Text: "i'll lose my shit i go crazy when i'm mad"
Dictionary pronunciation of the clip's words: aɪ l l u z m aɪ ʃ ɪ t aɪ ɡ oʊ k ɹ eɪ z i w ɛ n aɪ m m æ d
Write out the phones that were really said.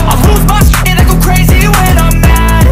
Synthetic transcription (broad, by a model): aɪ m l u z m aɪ s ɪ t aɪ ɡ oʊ k ɹ eɪ z i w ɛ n aɪ m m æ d